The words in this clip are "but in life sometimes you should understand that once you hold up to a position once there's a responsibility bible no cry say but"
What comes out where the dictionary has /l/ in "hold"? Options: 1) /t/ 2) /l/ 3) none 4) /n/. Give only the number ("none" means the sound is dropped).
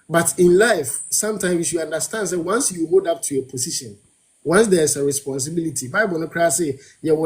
3